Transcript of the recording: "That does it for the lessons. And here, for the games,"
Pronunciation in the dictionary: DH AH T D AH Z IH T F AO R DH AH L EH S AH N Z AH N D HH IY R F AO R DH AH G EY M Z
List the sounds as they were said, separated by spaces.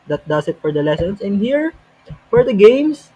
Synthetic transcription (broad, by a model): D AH T D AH S IH T F AO R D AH L EH S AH N S AH N D HH IY R F AO R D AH G EY M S